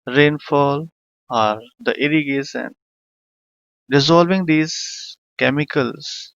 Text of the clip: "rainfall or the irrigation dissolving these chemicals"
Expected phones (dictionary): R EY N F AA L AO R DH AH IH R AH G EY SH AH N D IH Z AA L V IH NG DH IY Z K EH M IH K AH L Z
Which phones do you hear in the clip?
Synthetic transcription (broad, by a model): R EY N F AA L AO R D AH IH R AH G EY S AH N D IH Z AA L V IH NG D IY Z K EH M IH K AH L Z